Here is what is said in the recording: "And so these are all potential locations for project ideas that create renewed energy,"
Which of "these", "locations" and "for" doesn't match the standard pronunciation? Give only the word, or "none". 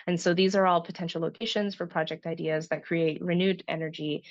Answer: none